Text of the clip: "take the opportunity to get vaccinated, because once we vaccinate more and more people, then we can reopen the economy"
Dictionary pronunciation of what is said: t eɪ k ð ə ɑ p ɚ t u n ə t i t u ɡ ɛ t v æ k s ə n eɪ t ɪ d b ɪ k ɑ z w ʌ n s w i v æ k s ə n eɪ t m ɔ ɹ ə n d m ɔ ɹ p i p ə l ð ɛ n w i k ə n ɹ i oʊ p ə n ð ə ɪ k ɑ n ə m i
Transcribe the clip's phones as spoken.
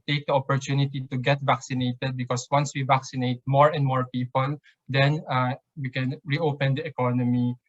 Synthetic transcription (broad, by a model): t eɪ k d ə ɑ p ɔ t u n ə t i t u ɡ ɛ t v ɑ k s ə n eɪ t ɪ d b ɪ k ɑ s w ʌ n s w i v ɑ k s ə n eɪ t m ɔ ɹ ə n d m ɔ ɹ p i p ə l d ɛ n w i k ə n ɹ i oʊ p ə n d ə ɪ k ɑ n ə m i